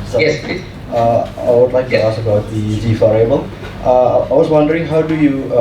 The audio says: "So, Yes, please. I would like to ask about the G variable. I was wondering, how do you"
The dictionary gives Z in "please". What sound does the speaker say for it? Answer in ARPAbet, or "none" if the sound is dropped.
none